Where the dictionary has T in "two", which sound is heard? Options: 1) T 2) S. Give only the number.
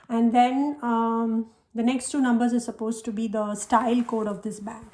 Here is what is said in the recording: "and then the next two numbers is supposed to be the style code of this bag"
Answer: 1